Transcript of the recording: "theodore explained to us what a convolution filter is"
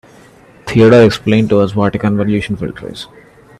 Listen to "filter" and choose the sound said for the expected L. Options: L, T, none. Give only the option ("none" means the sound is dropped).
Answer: L